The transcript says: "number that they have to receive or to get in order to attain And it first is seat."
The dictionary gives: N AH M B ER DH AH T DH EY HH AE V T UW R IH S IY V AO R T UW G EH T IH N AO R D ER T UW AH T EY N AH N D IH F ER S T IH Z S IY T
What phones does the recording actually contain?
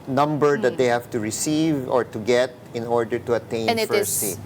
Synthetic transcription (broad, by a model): N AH M B ER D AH T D EY HH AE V T UW R IH S IY V AO R T UW G EH T IH N AO R D ER T UW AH T EY AH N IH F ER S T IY